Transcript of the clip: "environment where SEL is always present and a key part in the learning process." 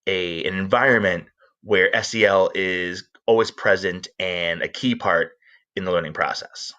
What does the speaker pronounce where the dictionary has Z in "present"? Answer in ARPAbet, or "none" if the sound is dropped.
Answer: Z